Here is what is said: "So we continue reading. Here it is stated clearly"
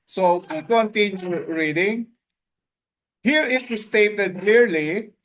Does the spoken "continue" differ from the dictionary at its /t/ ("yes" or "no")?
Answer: no